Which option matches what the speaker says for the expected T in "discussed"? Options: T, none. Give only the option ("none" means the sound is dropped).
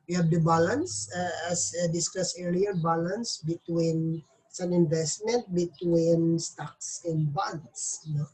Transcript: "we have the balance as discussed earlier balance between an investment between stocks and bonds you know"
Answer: none